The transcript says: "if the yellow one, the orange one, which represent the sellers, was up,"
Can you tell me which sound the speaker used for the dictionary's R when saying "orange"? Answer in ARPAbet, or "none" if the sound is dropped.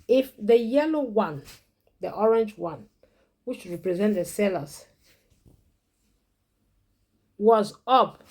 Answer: R